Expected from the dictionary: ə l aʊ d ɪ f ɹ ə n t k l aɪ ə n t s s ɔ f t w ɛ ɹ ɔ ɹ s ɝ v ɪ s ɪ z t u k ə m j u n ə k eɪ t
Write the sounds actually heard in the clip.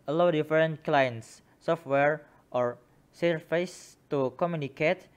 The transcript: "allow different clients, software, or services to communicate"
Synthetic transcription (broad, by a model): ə l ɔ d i f ɹ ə n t k l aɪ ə n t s s ɔ f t w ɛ ɹ ɔ ɹ s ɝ f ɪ s t u k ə m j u n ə k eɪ t